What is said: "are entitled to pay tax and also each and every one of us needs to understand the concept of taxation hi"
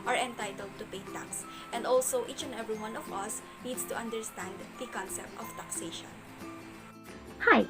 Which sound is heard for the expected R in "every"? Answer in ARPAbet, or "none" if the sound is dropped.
R